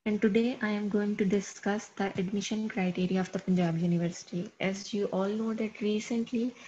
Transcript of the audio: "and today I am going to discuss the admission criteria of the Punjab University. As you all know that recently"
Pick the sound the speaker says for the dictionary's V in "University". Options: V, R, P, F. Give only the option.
V